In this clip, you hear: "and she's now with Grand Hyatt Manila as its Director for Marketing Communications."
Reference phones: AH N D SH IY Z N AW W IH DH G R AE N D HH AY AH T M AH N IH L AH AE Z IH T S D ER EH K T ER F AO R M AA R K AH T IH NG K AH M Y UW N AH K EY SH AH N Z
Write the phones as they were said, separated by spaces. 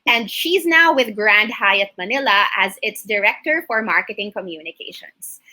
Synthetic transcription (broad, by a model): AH N D SH IY Z N AW W IH DH G R AE N D HH AY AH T M AH N IH L AH AE Z IH T S D ER EH K T ER F AO R M AA R K AH T IH NG K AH M Y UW N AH K EY SH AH N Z